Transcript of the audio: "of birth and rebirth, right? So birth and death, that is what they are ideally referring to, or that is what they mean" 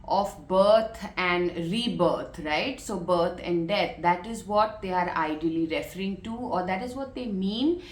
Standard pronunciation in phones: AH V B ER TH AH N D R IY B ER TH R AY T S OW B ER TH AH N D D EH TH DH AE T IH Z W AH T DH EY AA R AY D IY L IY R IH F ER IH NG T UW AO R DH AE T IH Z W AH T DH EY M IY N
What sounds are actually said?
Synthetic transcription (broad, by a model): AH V B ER T AH N D R IY B ER T R AY T S OW B ER T AH N D D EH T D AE T IH Z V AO T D EY AA R AY D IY L IY R IH F ER IH NG T UW AO R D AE T IH Z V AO T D EY M IY N